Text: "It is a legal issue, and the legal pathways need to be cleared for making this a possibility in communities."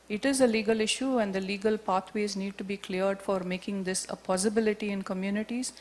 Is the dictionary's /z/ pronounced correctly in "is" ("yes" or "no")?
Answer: yes